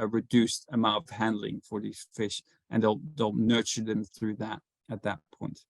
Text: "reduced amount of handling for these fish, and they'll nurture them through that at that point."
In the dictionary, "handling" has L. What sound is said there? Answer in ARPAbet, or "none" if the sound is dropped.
L